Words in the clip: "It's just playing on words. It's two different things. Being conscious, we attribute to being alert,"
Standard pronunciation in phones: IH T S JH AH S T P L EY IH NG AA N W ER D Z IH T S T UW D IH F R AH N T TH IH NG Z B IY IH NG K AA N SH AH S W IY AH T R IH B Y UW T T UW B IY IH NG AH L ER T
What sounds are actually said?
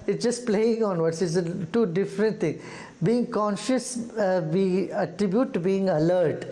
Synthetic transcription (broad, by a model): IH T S JH AH S T P L EY IH NG AA N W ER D S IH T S T UW D IH F R AH N T T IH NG B IY IH NG K AA N SH AH S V IY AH T R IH B Y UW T T UW B IY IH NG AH L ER T